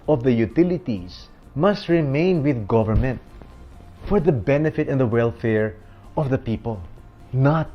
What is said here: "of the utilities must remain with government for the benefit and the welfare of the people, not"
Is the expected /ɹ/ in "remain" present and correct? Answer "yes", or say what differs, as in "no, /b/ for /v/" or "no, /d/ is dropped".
yes